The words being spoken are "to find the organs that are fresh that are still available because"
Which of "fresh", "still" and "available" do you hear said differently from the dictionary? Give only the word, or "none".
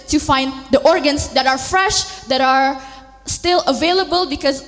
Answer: none